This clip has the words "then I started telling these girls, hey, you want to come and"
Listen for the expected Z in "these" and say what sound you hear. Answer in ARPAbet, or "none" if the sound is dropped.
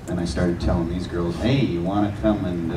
Z